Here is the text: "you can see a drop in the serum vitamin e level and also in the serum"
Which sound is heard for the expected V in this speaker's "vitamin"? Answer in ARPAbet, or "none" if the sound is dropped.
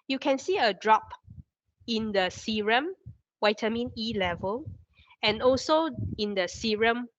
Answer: W